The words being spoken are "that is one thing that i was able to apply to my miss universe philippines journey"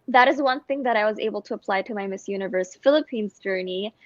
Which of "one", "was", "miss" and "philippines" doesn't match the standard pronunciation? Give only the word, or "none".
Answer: none